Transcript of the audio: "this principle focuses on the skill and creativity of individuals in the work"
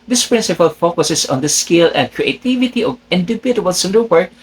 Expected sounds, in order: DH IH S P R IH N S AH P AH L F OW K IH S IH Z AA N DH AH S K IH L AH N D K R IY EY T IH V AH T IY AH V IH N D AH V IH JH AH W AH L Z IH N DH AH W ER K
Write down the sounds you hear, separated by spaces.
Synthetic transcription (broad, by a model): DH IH S P R IH N S AH P AH L F OW K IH S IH S AA N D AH S K IH L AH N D K R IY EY T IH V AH T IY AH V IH N D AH B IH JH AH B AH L S IH N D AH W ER